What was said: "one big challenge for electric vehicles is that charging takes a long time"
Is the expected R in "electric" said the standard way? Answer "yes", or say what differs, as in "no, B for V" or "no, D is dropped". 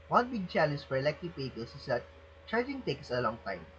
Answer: no, R is dropped